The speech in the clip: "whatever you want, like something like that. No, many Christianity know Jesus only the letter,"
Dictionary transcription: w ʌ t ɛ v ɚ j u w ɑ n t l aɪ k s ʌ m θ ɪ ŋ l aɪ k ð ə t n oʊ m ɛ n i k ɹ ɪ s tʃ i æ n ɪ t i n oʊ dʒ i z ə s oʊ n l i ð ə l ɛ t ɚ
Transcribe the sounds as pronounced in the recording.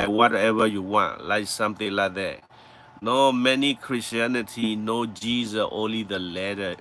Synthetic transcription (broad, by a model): w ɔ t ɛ v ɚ j u w ɑ n t l aɪ k s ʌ m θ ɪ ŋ l aɪ k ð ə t n oʊ m ɛ n i k ɹ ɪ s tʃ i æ n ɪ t i n oʊ dʒ i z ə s oʊ n l i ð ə l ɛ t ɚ